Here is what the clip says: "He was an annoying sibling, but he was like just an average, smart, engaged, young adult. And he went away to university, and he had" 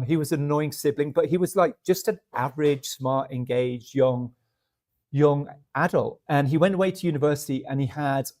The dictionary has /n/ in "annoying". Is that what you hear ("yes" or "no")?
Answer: no